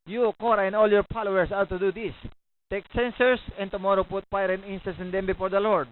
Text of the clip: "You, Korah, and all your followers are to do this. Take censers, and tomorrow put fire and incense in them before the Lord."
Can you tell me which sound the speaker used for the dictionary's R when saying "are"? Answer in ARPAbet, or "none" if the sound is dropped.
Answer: W